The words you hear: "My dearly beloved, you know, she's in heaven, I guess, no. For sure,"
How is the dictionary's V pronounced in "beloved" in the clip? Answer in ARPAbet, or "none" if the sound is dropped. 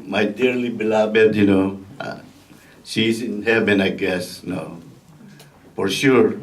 B